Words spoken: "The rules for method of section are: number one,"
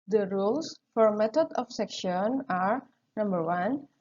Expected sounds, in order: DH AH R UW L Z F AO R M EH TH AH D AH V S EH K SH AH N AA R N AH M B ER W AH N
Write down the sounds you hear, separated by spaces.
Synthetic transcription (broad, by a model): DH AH R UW L S F AO R M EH T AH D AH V S EH K SH AH N AA R N AH M B ER W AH N